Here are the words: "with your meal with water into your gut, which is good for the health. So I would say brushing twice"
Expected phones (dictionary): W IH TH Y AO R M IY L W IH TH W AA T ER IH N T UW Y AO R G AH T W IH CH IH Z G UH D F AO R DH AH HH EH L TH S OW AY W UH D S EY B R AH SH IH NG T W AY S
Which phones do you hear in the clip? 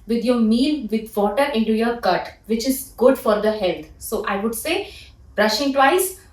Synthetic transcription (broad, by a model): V IH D Y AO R M IY L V IH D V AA T ER IH N T UW Y AO R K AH T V IH CH IH Z G UH D F AO R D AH HH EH L T S OW AY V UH D S EY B R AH SH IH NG T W AY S